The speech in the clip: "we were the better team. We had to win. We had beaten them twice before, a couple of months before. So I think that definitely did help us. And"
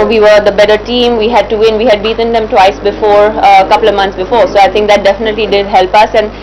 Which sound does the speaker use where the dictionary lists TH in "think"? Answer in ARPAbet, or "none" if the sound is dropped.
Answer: T